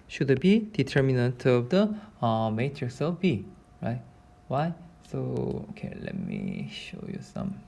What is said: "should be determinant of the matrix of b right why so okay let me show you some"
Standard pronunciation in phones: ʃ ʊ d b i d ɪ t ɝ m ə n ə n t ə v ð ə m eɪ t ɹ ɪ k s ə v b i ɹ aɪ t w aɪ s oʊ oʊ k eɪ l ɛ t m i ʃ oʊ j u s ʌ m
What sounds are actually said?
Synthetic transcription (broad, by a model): ʃ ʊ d b i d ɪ t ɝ m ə n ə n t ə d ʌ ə m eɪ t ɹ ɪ s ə f b i ɹ aɪ t w aɪ s oʊ oʊ k eɪ l ɛ t m i ʃ oʊ j u s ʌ m